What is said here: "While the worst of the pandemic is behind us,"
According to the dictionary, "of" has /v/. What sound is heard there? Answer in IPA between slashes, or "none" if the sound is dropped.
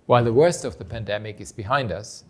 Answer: /v/